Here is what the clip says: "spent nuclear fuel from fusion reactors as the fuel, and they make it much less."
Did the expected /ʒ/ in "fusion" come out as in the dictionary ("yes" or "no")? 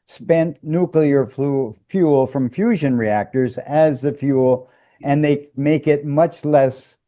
yes